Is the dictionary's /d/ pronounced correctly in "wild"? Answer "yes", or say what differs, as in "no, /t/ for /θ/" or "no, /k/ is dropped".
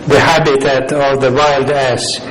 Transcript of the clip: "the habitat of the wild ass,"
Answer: yes